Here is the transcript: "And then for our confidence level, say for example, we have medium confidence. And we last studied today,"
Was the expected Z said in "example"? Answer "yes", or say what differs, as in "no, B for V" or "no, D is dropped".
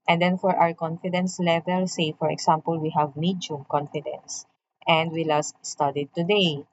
no, S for Z